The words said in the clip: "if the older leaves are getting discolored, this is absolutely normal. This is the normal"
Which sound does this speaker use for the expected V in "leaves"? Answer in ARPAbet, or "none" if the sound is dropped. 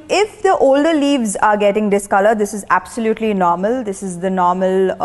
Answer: V